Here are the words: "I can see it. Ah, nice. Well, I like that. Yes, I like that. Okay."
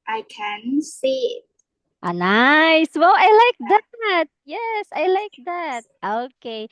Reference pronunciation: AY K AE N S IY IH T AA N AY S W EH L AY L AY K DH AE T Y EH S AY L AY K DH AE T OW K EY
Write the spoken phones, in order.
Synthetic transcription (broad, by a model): AY K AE N S IY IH T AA N AY S W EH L AY L AY K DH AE T Y EH S AY L AY K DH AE T OW K EY